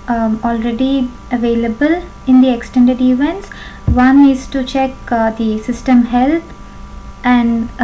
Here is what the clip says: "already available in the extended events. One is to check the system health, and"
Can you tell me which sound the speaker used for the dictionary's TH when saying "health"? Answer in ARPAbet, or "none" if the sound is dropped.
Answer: T